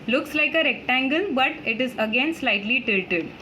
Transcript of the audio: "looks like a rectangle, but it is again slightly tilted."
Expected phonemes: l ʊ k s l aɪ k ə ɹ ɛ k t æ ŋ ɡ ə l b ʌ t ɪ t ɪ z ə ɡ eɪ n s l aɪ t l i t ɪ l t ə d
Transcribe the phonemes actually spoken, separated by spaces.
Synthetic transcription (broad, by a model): l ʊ k s l aɪ k ə ɹ ɛ k t æ ŋ ɡ ə l b ʌ t ɪ t ɪ z ə ɡ eɪ n s l aɪ t l i t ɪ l t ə d